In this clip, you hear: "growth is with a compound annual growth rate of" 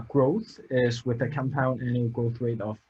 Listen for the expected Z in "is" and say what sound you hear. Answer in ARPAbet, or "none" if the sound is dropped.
Z